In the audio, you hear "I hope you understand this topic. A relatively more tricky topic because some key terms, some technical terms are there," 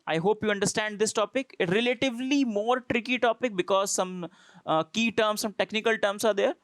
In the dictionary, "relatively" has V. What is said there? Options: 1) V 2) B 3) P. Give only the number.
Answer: 1